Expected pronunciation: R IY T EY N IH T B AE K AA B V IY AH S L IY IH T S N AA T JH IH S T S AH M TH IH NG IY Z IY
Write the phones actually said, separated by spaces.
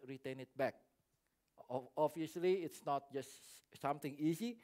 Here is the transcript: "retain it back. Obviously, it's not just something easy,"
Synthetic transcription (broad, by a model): R IY T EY N IH T B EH K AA V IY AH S L IY IH T S N AA T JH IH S S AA M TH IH NG IY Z IY